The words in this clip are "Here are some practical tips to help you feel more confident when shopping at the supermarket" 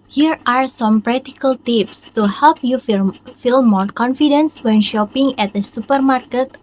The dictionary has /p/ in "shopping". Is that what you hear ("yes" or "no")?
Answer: yes